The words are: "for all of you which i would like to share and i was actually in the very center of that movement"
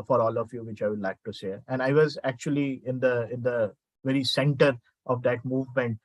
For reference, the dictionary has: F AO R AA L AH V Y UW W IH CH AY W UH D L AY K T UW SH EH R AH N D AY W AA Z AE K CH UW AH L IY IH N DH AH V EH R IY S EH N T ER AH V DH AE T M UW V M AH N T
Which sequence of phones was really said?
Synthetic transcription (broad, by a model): F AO R AA L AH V Y UW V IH CH AY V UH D L AY K T UW S EH AH N D AY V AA Z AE K CH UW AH L IY IH N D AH V EH R IY S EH N T ER AH V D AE T M UW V M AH N T